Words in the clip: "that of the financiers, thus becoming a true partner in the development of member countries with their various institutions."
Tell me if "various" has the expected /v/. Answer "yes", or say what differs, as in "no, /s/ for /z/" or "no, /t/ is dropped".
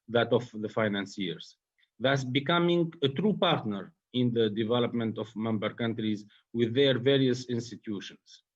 yes